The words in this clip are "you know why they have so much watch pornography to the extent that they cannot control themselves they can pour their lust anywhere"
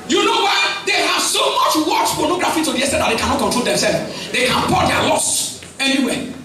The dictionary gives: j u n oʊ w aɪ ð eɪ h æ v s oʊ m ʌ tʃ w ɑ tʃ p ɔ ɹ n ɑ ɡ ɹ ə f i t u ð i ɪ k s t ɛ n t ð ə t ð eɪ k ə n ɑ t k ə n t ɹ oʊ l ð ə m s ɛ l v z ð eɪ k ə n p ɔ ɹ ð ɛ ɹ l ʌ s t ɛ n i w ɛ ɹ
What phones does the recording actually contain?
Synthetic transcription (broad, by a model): j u n oʊ w aɪ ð eɪ h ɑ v s oʊ m ʌ tʃ w ɑ tʃ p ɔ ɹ n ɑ ɡ ɹ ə f i t u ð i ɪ s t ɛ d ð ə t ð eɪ k ə n ɑ t k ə t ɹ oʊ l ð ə m s ɛ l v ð eɪ k ə n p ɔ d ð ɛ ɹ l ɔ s ɛ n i w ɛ